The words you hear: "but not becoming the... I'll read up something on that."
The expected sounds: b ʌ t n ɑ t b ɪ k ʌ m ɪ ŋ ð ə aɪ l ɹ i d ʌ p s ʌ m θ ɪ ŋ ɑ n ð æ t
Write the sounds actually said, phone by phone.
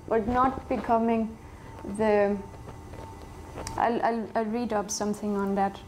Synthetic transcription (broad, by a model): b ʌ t n ɑ t b ɪ k ʌ m ɪ ŋ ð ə aɪ l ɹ i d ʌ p s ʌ m t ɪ ŋ ɑ n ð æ t